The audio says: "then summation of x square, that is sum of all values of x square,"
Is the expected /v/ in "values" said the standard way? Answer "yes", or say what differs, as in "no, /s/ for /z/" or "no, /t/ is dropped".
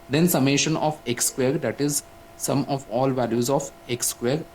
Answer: yes